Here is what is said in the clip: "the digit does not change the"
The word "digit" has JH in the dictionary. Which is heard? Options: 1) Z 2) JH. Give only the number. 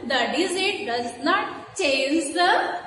1